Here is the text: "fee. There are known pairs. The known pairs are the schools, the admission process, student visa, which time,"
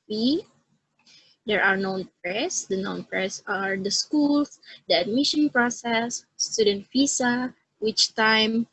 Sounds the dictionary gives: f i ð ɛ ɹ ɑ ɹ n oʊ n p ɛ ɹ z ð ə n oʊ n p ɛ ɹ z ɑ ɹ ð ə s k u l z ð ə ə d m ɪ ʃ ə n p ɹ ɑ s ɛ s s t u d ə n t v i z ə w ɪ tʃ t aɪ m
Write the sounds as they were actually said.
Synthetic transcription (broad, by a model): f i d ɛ ɹ ɑ ɹ n oʊ n p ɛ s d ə n oʊ n p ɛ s ɑ ɹ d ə s k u l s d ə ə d m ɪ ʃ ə n p ɹ ɑ s ɛ s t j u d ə n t f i s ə w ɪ tʃ t aɪ m